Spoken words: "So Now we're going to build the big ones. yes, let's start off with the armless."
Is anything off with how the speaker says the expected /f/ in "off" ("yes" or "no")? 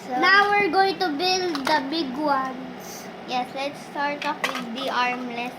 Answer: yes